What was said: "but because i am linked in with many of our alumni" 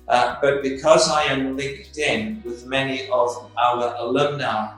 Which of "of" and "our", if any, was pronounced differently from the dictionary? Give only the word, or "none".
none